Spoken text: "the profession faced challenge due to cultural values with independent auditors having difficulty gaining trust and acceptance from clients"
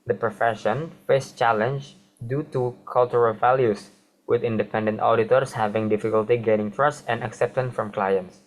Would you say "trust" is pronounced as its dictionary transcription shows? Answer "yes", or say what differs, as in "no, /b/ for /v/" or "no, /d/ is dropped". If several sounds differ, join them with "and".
yes